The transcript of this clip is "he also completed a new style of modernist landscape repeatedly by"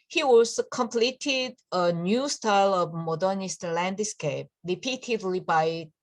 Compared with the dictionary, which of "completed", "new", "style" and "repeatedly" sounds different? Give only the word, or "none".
none